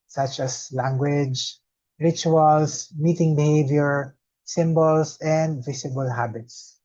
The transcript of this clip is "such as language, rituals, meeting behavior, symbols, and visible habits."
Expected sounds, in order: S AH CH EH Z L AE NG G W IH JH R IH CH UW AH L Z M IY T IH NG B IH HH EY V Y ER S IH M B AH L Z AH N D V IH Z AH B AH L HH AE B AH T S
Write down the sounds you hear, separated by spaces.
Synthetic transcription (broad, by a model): S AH CH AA S L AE NG G W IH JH R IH CH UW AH L S M IY T IH NG B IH HH EY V Y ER S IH M B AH L S AH N D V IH S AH B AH L HH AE B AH T S